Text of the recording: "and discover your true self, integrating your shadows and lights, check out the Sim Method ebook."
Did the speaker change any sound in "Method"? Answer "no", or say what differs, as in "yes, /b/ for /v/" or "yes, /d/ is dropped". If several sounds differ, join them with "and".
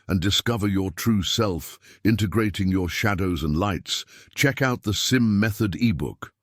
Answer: no